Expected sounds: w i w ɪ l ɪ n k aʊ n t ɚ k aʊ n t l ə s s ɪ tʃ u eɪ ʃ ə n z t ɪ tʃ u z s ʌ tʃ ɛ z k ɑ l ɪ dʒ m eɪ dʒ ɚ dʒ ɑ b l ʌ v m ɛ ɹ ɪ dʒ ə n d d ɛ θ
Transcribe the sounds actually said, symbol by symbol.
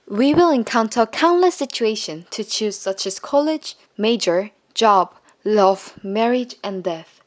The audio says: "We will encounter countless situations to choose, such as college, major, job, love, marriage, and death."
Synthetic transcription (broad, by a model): w i w ɪ l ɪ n k aʊ n t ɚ k aʊ n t l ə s s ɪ tʃ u eɪ ʃ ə n t ɪ tʃ u z s ʌ tʃ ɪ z k ɑ l ɪ dʒ m eɪ dʒ ɚ dʒ ɑ b l ʌ v m ɛ ɹ ɪ dʒ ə n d d ɛ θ